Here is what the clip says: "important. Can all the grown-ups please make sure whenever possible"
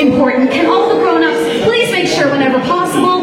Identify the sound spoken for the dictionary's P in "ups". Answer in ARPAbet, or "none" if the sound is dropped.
none